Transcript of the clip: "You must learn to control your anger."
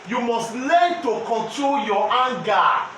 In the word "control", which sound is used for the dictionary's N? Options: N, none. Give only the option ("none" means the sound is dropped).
N